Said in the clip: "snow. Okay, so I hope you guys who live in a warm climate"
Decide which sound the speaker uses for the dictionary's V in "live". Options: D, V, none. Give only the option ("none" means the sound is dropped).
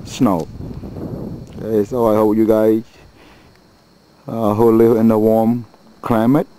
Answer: none